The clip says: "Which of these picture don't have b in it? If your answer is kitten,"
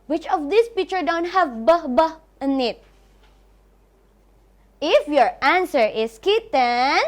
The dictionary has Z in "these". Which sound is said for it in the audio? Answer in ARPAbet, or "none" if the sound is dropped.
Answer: S